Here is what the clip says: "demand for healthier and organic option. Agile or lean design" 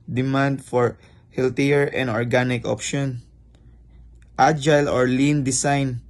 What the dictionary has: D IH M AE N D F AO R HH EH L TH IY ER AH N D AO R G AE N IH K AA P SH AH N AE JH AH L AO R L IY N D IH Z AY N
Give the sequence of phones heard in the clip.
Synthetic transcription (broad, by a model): D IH M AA N D F AO R HH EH L T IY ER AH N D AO R G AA N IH K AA P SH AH N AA JH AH L AO R L IY N D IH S AY N